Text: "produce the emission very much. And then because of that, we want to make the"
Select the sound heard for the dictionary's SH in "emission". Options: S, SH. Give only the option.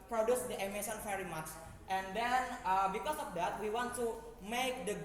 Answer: S